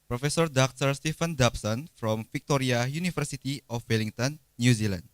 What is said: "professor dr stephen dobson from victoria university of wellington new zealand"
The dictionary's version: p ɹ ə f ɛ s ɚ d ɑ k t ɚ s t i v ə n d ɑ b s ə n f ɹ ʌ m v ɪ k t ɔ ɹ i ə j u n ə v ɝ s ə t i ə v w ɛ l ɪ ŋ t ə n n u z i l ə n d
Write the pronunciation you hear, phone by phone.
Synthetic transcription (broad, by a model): p ɹ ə f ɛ s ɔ d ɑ k t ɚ s t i f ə n d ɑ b s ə n f ɹ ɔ m f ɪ k t ɔ ɹ i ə j u n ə f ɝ s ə t i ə f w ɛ l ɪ ŋ t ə n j u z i l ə n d